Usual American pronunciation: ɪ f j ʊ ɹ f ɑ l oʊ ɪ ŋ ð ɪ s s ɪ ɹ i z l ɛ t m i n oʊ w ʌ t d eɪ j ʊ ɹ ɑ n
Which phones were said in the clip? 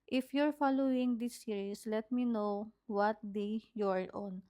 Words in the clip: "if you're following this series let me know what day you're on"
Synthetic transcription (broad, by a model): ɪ f j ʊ ɹ f ɑ l oʊ ɪ ŋ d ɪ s s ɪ ɹ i s l ɛ t m i n oʊ w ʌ t d eɪ j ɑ ɹ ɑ n